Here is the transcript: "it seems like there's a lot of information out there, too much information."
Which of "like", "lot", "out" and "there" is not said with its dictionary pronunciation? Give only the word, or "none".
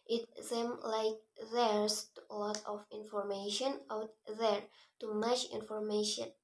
none